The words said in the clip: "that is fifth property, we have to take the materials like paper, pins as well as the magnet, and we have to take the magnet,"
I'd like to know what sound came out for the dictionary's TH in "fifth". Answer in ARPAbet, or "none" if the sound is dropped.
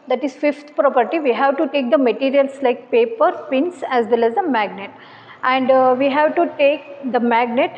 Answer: T